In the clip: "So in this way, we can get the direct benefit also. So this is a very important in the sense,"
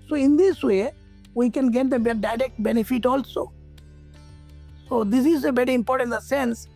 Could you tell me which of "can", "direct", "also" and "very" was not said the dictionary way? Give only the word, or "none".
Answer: very